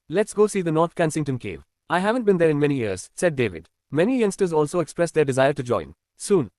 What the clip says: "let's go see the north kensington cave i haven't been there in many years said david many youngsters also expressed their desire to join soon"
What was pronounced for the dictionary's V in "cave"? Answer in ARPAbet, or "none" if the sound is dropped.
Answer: V